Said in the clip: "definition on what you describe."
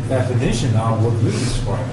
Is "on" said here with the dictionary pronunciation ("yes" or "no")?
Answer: no